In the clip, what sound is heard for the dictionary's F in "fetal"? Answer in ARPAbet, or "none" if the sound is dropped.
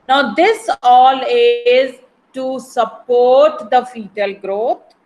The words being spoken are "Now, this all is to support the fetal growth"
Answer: F